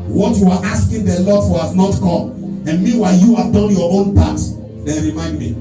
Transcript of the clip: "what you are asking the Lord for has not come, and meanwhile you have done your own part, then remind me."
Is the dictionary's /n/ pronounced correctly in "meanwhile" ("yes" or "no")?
no